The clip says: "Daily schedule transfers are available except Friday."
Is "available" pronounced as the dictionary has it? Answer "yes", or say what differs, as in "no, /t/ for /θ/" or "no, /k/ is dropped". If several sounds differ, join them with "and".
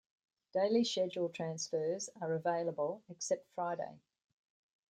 yes